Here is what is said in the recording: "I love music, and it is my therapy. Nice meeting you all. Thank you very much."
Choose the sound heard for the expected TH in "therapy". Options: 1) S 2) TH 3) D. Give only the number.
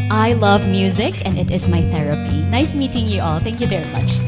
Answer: 2